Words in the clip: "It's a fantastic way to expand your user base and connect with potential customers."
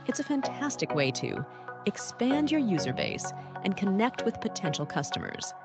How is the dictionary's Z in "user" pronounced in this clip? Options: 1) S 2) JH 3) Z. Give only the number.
3